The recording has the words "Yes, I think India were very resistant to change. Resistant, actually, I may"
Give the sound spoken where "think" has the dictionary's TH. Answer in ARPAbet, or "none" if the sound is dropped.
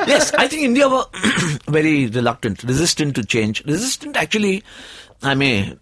T